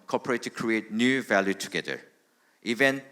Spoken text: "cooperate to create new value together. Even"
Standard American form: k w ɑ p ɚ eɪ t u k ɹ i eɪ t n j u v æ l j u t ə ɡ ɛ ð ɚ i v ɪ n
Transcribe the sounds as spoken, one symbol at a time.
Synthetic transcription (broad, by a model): k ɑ p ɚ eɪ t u k ɹ i eɪ t n j u v æ l j u t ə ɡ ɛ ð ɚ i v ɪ n